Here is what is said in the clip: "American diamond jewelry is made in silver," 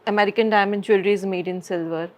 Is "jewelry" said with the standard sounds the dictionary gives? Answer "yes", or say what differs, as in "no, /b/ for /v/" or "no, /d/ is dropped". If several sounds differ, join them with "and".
no, /tʃ/ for /dʒ/